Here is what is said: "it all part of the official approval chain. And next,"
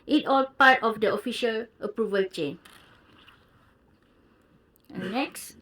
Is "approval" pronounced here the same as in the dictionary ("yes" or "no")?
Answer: yes